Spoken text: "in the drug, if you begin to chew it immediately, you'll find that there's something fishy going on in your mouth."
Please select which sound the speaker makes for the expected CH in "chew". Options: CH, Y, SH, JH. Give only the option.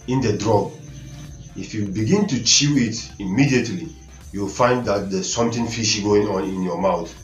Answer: CH